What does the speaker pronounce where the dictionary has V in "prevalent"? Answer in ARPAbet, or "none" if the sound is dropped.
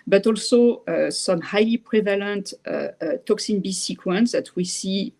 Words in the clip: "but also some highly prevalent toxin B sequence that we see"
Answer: V